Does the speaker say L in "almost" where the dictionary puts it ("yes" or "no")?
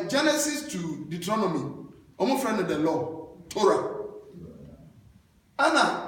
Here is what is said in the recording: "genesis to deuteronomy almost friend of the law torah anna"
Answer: no